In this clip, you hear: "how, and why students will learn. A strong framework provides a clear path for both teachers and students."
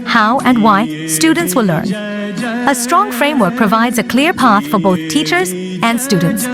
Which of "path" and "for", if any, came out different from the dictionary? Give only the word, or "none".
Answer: none